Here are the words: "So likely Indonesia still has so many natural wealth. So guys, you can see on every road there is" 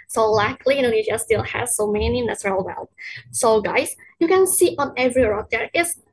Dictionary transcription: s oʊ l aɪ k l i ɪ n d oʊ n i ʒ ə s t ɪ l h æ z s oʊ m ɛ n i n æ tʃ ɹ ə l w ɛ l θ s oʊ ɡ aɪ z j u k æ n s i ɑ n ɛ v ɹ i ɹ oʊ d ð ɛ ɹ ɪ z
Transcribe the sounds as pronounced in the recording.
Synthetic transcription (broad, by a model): s oʊ l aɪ k l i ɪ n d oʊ i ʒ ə s t ɪ l h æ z s oʊ m ɛ n i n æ s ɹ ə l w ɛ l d s oʊ ɡ aɪ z j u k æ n s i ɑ n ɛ v ɹ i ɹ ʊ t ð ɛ ɹ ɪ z